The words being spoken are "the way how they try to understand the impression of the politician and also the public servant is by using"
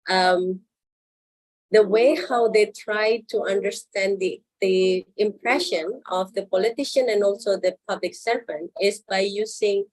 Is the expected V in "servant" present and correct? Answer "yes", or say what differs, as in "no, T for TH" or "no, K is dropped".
no, V is dropped